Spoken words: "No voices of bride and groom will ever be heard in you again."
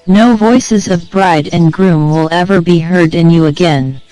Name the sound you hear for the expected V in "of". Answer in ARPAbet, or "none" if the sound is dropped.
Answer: V